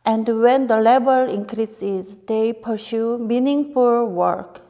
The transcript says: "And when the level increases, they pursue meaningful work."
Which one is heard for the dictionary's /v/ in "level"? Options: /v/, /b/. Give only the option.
/b/